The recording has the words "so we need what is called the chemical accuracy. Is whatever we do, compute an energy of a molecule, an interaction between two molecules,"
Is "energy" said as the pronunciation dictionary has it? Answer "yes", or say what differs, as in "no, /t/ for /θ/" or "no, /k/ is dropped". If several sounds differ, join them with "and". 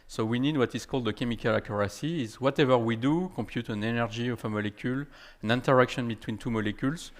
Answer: yes